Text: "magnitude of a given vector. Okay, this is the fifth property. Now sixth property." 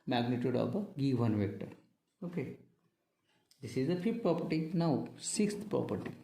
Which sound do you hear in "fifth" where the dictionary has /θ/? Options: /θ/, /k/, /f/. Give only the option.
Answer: /f/